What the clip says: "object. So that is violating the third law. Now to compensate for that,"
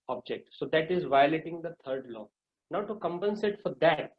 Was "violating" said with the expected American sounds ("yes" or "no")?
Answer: yes